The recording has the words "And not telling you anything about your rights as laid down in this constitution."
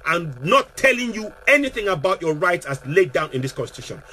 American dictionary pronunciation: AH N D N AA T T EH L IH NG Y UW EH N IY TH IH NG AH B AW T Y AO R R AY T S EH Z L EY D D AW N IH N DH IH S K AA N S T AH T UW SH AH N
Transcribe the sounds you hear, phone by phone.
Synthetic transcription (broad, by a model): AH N N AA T T EH L IH NG Y UW EH N IY TH IH NG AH B AW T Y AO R R AY T S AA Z L EY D D AW N IH N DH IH S K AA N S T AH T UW SH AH N